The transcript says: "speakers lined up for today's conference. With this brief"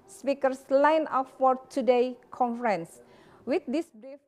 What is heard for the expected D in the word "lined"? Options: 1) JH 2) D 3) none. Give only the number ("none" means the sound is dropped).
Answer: 3